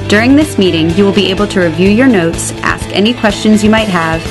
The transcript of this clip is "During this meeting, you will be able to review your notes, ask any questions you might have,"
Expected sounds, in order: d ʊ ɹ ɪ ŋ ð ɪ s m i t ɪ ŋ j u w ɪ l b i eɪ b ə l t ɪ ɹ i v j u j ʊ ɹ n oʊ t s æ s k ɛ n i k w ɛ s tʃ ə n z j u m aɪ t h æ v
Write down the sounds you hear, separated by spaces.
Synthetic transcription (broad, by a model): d ʊ ɹ ɪ ŋ ð ɪ s m i t ɪ ŋ j u w ɪ l b i eɪ b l t ɪ ɹ i v j u j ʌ ɹ n oʊ t s æ s k ɛ n i k w ɛ s tʃ ə n z j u m aɪ t h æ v